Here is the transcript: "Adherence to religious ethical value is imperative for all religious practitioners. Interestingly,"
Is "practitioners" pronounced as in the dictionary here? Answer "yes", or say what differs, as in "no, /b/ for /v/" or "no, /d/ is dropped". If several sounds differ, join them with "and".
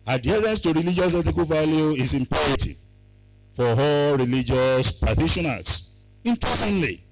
no, /ɹ/ is dropped and /k/ is dropped and /s/ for /z/